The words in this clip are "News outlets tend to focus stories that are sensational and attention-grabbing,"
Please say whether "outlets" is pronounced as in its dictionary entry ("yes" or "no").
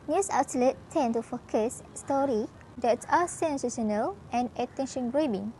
no